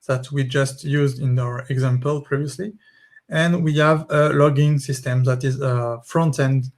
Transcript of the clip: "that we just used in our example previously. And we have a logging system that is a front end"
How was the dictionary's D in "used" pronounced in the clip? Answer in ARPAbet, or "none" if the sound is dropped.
D